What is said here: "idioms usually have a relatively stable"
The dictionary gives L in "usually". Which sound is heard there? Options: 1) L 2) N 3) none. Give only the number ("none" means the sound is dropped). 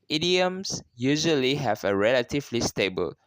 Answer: 1